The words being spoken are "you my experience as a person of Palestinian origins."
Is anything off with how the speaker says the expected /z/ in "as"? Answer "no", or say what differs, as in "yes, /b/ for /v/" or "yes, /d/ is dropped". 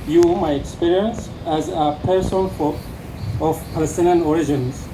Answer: no